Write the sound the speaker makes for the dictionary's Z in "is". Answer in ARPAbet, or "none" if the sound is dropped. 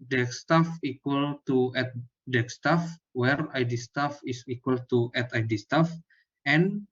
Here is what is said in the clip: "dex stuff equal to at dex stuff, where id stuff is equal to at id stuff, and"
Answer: S